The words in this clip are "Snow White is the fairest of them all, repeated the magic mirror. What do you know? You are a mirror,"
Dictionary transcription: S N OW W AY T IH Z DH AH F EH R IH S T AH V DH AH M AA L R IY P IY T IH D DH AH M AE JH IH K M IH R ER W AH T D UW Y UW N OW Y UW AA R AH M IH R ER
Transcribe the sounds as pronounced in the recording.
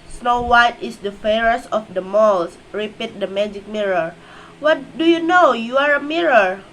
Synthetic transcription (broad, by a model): S N OW W AY T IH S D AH F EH R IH S AH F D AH M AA L R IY P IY T D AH M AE JH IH K M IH R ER W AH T D UW Y UW N OW Y UW AA R AH M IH R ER